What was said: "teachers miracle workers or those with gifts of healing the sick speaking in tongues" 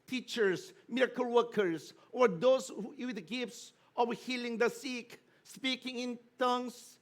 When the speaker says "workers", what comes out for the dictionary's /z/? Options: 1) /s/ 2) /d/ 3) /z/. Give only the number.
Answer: 1